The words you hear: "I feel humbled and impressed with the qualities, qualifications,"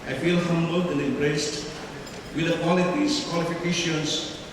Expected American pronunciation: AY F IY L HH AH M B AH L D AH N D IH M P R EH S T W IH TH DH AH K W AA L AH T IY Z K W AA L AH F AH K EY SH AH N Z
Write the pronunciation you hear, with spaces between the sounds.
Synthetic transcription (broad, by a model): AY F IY L HH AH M B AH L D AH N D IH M B R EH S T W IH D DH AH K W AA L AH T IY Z K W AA L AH F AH K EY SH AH N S